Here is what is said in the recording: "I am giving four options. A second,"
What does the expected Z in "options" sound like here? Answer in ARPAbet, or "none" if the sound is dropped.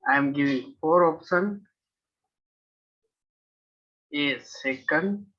none